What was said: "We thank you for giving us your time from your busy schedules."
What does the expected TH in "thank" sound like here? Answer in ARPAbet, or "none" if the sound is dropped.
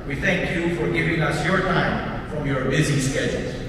TH